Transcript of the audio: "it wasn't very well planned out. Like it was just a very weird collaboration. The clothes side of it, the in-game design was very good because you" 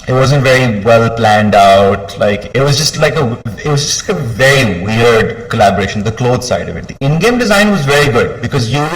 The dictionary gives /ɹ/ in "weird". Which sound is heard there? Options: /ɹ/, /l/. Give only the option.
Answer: /ɹ/